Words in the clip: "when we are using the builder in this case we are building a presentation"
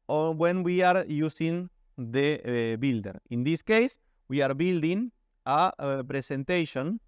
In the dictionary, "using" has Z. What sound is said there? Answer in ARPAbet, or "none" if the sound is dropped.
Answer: S